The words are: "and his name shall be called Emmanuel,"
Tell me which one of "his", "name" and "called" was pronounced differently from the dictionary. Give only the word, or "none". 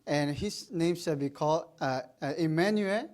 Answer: his